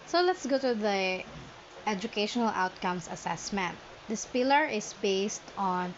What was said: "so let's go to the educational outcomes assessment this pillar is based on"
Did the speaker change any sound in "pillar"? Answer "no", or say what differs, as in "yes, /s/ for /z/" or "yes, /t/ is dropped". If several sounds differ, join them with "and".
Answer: no